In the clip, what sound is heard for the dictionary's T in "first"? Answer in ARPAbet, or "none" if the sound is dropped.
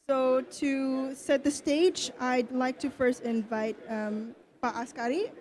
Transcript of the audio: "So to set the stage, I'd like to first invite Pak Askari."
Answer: T